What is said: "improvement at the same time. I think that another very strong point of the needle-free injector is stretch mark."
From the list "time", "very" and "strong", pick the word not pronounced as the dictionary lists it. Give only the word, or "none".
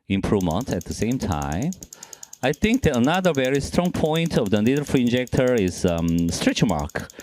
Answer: none